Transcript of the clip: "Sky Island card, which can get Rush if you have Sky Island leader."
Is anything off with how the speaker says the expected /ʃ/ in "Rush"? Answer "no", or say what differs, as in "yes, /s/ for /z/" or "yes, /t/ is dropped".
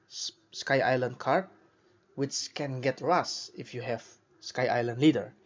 yes, /s/ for /ʃ/